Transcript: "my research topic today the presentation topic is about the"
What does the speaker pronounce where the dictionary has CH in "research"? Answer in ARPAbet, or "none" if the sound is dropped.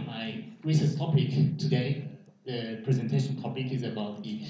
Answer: S